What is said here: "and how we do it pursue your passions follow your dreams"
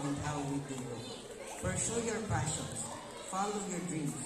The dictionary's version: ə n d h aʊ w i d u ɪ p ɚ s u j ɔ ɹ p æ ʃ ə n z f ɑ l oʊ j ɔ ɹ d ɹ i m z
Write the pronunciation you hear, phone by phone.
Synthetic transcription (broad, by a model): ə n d h aʊ w i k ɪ ɪ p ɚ ʃ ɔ j ɔ ɹ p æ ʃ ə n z f ɑ l oʊ j ɔ ɹ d ɹ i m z